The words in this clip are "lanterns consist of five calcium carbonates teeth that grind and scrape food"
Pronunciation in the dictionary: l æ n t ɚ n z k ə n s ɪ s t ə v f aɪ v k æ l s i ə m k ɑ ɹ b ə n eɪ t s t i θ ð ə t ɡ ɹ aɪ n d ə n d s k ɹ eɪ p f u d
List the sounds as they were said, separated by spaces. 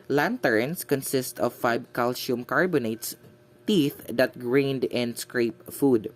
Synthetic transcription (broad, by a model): l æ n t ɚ n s k ə n s ɪ s t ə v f aɪ b k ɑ l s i m k ɑ ɹ b ə n eɪ t s t i θ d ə t ɡ ɹ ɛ n d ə n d s k ɹ eɪ p f u d